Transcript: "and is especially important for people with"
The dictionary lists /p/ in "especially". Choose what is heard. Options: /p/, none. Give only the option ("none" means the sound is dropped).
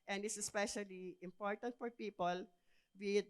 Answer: /p/